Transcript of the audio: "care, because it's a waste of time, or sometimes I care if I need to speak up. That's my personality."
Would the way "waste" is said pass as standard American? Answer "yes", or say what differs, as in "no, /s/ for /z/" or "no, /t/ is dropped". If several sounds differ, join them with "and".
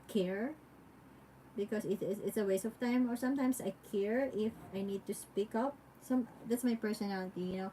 no, /t/ is dropped